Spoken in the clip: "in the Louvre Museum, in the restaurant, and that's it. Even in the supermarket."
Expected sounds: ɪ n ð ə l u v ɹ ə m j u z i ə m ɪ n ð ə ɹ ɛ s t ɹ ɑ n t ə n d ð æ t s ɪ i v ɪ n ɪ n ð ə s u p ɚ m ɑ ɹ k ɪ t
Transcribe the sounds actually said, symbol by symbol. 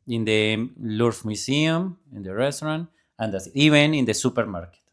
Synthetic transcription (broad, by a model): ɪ n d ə l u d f m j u s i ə m ɪ n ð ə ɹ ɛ s t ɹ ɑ n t ə n d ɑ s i b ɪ n ɪ n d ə s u p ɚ m ɑ ɹ k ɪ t